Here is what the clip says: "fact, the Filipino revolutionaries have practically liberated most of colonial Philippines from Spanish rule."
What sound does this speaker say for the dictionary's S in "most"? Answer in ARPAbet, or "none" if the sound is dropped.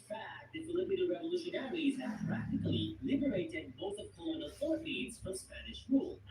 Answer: TH